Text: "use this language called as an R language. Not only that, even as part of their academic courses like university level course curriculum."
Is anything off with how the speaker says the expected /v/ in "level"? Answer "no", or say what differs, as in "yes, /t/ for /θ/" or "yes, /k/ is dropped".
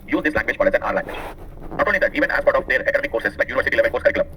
no